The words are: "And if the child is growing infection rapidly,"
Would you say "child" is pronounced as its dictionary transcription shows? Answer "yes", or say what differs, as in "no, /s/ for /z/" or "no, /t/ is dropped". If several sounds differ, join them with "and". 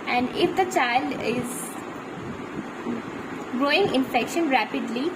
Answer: yes